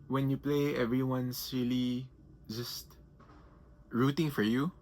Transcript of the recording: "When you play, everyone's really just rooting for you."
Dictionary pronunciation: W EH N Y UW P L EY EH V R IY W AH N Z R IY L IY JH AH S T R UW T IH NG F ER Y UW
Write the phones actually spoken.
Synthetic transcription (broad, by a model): W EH N Y UW P L EY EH V R IY W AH N S R IY L IY JH AH S T R UW T IH NG F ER Y UW